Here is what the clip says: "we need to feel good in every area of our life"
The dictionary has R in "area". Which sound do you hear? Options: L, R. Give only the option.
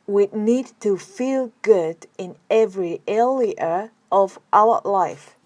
L